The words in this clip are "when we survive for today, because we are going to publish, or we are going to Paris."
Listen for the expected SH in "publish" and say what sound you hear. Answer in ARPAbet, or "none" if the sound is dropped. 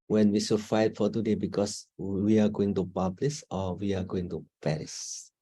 S